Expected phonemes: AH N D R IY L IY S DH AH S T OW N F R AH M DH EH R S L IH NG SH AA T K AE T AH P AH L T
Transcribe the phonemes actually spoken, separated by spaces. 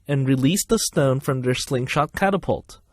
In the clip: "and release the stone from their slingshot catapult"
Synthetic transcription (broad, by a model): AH N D R IY L IY S DH AH S T OW N F R AH M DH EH R S L IH NG SH AA T K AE T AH P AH L T